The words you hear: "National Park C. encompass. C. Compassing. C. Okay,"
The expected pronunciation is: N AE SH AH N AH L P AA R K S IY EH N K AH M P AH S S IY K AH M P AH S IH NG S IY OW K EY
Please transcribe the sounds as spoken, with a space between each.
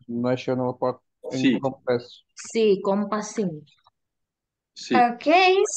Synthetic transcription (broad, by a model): N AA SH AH N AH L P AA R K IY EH K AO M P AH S S IY K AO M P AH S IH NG S IY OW K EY